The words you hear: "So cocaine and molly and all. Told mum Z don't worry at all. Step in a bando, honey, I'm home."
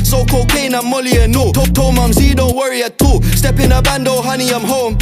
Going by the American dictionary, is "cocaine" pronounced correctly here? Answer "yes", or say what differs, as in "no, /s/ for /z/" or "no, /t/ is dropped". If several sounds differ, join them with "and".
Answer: yes